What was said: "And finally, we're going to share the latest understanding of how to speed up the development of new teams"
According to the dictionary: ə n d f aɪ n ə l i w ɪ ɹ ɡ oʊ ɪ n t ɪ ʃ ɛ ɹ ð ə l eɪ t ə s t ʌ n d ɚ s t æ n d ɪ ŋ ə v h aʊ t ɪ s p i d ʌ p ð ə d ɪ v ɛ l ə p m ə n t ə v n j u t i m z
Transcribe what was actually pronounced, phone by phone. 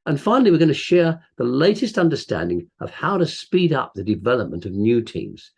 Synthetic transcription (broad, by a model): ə n f aɪ n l i w ɪ ɹ ɡ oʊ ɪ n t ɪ ʃ ɛ ɹ ð ə l eɪ t ə s t ʌ n d ɚ s t æ n d ɪ ŋ ə v h aʊ t ɪ s p i d ʌ p ð ə d ɪ v ɛ l ə p m ə n t ə v n j u t i m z